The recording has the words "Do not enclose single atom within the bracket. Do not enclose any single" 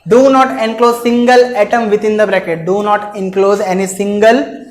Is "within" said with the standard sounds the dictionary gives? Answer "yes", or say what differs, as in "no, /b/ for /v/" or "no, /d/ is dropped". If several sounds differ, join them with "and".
no, /t/ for /θ/